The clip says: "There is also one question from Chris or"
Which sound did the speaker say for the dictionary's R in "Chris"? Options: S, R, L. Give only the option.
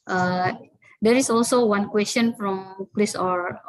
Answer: L